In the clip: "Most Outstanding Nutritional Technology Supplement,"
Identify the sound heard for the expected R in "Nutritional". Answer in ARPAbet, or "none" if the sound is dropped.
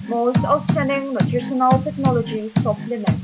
none